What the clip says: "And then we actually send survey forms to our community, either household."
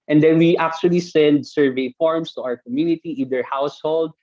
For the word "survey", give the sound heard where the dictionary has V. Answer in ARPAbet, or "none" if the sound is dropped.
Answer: V